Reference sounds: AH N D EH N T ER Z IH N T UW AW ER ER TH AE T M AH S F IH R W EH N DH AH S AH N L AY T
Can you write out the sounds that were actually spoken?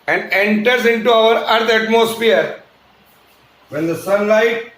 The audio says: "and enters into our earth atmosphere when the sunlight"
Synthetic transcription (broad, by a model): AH N D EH N T ER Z IH N T UW AW ER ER T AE T M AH S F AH R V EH N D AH S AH N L AY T